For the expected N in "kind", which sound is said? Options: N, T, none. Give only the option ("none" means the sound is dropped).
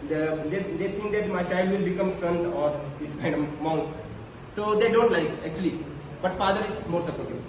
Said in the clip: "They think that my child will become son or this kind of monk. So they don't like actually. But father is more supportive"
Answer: none